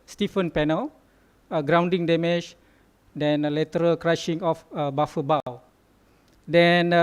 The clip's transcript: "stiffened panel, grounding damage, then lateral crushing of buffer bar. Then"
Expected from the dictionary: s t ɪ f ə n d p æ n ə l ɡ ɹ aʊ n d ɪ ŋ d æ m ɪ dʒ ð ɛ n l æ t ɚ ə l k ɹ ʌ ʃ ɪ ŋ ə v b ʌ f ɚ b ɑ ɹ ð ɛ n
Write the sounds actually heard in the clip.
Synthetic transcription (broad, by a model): s t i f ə n p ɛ n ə l ɡ ɹ aʊ n d ɪ ŋ d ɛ m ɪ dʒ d ɛ n l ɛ t ɚ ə l k ɹ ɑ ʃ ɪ ŋ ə f b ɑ f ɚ b ɑ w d ɛ n